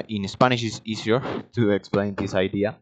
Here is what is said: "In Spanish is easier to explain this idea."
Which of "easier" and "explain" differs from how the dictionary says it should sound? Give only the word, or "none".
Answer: easier